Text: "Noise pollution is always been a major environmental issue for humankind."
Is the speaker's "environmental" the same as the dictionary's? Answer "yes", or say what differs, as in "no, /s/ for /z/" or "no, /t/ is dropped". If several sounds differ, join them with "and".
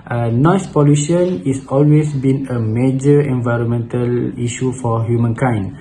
yes